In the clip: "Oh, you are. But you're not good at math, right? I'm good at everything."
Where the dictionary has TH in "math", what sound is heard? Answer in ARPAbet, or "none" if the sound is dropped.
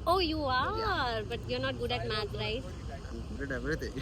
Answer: T